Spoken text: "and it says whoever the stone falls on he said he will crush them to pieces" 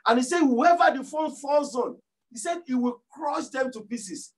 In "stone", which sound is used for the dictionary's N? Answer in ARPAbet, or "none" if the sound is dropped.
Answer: L